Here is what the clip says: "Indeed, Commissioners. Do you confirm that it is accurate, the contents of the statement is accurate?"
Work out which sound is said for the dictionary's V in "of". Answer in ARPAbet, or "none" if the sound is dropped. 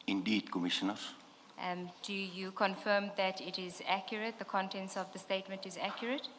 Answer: V